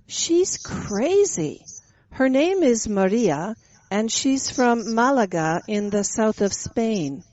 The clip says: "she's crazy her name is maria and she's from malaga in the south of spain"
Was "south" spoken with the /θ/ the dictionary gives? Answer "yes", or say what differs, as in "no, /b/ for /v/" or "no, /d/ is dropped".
yes